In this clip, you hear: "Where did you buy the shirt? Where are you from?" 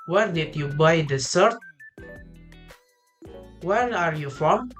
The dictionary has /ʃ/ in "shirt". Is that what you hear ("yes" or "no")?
no